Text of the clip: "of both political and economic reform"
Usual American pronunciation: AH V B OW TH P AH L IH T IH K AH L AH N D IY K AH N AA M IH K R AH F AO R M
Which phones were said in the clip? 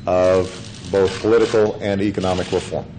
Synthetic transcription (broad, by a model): AH V B OW TH P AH L IH T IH K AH L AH N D IY K AH N AA M IH K R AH F AO R M